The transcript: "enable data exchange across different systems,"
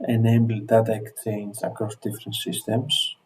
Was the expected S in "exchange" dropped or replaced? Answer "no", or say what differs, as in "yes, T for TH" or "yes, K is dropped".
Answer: yes, S is dropped